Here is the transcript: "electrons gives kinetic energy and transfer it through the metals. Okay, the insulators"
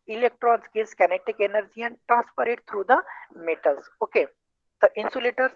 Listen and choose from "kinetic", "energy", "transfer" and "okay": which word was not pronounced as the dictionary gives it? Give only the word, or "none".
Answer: transfer